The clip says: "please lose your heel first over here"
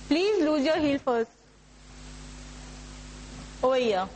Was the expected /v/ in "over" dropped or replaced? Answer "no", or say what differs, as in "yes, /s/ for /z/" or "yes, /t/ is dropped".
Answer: yes, /v/ is dropped